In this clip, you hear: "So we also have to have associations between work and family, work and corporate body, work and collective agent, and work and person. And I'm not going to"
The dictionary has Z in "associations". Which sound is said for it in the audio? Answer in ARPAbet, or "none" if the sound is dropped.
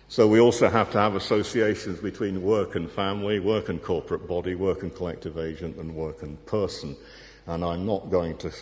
Z